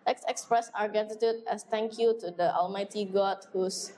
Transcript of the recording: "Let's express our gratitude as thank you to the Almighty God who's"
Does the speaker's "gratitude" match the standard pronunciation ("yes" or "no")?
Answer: no